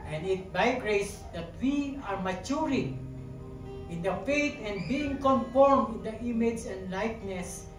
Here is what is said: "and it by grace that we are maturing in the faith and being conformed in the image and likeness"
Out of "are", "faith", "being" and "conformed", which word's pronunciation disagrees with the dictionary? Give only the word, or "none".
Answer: faith